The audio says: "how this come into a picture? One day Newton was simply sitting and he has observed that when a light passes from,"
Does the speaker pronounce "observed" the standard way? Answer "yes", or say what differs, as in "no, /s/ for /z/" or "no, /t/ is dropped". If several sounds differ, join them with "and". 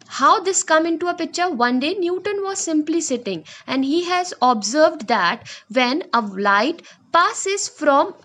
yes